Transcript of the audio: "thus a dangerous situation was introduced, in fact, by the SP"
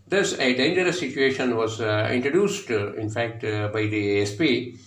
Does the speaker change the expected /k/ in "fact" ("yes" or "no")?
no